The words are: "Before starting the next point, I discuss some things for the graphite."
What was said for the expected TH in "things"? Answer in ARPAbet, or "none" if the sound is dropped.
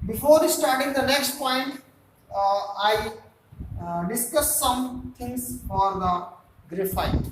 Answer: T